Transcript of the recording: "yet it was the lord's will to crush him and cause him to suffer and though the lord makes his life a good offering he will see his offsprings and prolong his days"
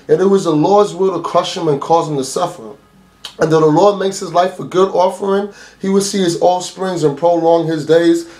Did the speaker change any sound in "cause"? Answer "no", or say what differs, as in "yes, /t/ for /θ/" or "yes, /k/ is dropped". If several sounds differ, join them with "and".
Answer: no